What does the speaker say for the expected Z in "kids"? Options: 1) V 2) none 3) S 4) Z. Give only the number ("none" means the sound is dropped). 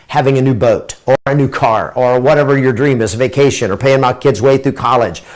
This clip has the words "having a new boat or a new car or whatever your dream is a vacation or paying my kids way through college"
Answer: 4